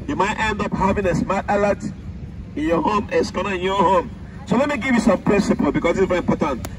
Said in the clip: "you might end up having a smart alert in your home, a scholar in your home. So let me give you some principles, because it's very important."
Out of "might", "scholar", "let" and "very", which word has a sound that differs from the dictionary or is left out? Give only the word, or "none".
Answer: scholar